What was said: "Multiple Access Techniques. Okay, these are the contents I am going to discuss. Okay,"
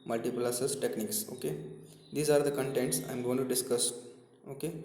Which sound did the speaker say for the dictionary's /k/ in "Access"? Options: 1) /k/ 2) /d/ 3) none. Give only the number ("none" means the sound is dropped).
3